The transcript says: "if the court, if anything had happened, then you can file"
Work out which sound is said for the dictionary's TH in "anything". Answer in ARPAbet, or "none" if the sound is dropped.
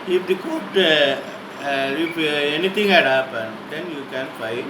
T